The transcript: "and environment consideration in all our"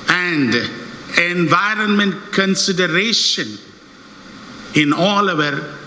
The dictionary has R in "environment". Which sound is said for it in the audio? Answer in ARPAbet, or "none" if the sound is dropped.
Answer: R